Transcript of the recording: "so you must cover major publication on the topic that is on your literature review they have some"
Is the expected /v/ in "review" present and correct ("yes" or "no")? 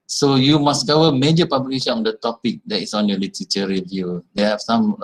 yes